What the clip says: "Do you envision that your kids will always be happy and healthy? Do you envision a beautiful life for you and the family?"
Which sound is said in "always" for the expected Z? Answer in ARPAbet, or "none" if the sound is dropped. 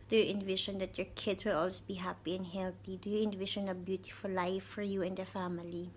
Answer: none